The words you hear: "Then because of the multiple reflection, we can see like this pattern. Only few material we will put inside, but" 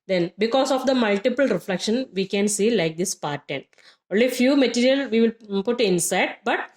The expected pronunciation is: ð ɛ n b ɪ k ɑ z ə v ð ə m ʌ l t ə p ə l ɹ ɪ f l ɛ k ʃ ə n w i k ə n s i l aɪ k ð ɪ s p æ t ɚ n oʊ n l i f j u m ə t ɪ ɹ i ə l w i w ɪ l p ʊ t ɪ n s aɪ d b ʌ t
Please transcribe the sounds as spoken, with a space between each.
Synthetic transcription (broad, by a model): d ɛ n b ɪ k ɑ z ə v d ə m ʌ l t ə p ə l ɹ ɪ f l ɛ k ʃ ə n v i k ə n s i l aɪ k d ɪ s p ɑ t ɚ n oʊ n l i f j u m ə t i ɹ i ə l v i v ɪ l p ʊ t ɪ n s aɪ d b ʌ t